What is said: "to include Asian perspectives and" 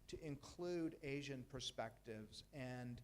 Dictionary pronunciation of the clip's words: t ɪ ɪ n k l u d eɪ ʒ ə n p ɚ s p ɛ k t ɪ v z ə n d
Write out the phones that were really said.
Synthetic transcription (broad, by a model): t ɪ ɪ n k l u d eɪ ʒ ə n p ɚ s p ɛ k t ɪ v z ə n